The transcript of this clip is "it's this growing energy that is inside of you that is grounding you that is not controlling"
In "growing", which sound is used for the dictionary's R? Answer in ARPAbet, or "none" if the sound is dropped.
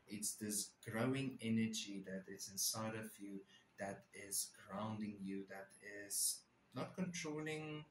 R